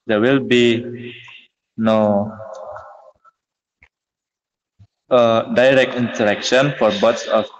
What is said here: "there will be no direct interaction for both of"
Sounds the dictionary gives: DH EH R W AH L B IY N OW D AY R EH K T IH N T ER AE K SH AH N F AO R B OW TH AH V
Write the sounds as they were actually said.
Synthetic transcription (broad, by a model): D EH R W AH L B IY N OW D AY R EH K T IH N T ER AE K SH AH N F AO R B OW S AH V